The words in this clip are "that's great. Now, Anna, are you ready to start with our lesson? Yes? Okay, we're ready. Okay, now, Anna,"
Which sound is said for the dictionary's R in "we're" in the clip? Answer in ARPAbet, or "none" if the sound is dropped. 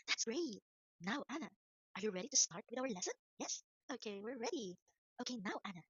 R